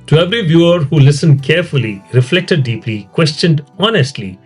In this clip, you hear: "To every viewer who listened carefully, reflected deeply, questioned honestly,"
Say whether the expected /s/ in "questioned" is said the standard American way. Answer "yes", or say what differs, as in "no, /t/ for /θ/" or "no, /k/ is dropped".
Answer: yes